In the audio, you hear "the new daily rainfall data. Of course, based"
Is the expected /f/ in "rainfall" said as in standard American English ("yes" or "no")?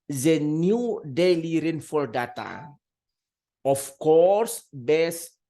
yes